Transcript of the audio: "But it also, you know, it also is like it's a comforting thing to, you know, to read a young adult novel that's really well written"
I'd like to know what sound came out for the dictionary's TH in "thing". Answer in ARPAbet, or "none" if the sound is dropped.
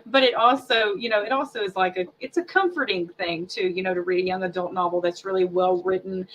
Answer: TH